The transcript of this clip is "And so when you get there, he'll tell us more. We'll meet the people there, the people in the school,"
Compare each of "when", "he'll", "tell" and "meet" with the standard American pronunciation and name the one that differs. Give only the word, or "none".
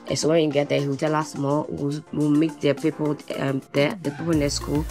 he'll